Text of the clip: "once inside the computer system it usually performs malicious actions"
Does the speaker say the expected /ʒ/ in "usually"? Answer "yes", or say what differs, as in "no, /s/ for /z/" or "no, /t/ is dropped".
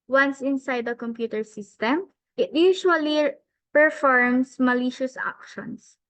no, /ʃ/ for /ʒ/